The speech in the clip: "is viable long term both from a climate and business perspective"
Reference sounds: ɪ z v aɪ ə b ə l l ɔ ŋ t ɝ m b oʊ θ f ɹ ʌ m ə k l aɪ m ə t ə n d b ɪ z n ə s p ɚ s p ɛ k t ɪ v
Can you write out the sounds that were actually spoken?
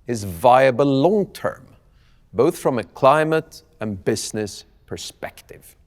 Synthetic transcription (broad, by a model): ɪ z v aɪ ə b ə l l ɔ ŋ t ɝ m b oʊ θ f ɹ ʌ m ə k l aɪ m ə t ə n b ɪ z n ə s p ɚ s p ɛ k t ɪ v